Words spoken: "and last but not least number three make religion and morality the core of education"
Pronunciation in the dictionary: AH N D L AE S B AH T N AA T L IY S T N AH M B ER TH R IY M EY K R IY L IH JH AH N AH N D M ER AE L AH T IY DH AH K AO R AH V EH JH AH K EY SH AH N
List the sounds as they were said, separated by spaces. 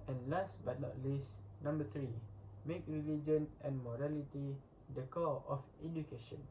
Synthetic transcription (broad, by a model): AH N L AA S B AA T N AA T L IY S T N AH M B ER T R IY M EY K R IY L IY JH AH N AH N M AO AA L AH T IY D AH K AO L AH F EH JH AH K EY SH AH N